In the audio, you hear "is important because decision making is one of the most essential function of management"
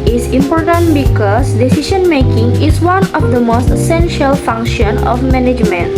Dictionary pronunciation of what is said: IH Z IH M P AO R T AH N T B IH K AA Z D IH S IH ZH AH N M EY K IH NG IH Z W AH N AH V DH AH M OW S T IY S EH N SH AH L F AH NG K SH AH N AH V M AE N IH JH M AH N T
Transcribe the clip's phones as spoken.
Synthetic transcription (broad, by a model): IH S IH M P AO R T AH N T B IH K AA S D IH S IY SH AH N M EY K IH NG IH S W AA N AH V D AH M OW S T IY S EH N SH AH L F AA NG K SH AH N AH F M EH N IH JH M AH N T